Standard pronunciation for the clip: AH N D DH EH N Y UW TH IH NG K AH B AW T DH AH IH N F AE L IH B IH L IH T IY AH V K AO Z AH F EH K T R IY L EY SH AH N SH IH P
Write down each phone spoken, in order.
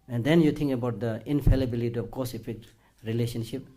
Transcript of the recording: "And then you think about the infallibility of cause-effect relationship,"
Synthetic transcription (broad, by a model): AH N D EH N Y UW T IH NG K AH B AW T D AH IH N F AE L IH B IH L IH T IY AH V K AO S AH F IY K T R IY L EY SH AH N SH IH P